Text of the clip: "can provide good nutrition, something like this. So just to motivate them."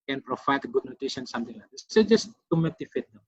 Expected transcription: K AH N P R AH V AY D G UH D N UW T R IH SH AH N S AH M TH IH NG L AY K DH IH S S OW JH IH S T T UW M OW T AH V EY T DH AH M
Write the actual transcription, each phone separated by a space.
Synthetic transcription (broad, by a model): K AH N P R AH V AY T G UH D N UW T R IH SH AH N S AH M T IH NG L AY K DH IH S S OW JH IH S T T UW M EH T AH F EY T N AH